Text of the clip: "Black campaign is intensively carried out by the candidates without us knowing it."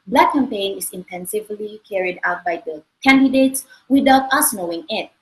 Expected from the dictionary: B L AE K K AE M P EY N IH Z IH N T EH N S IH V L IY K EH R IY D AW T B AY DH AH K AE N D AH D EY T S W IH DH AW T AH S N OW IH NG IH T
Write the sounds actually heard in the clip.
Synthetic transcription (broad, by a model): B L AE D K AE M P EY N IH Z IH N T EH N S IH V L IY K EH R IY D AW T B AY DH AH K AE N D AH D EY T S W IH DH AW T AH S N OW IH NG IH T